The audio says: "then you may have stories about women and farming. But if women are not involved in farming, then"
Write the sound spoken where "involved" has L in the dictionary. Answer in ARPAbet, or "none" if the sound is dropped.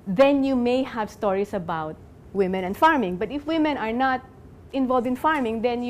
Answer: L